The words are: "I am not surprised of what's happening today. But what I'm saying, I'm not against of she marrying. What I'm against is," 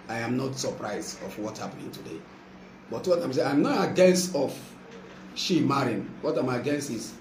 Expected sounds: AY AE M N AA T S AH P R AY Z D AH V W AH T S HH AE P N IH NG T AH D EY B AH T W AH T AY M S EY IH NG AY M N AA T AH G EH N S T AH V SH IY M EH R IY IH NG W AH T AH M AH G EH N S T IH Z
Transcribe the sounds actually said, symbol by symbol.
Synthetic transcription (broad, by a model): AY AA M N AA T S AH P R AY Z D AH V W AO T HH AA P N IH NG T AH D EY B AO T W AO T AY M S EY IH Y M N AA AH G EH N S T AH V SH IY M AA R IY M W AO T AH M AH G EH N S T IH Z